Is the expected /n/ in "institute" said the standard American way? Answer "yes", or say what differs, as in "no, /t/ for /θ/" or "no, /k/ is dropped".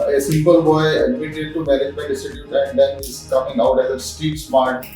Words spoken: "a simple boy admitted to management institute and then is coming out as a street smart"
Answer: no, /n/ is dropped